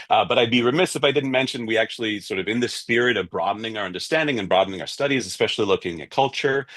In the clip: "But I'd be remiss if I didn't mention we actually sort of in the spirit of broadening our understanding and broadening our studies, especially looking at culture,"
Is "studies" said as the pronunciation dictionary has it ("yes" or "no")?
yes